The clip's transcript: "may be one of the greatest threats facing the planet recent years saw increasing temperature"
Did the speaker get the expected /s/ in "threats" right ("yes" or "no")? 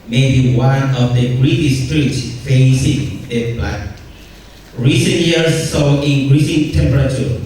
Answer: no